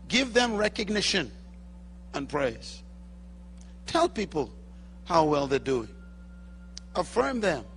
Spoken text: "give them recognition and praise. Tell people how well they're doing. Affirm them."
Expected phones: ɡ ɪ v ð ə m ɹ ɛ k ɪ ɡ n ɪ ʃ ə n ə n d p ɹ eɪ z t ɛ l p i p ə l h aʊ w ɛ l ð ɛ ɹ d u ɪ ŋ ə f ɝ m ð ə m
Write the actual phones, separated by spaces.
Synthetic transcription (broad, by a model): ɡ ɪ v ð ə m ɹ ɛ k ɪ ɡ n ɪ ʃ ə n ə n p ɹ eɪ z t ɛ l p i p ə l h aʊ w ɛ l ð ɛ d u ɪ ə f ɝ m ð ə m